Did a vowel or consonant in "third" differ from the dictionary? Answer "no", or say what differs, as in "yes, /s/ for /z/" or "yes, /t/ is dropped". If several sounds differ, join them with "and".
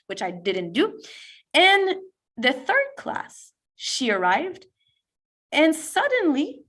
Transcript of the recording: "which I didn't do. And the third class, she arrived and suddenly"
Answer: no